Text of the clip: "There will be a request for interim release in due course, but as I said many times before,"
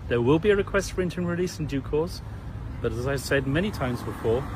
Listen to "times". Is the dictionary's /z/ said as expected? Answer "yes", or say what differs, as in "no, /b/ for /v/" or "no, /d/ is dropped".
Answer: yes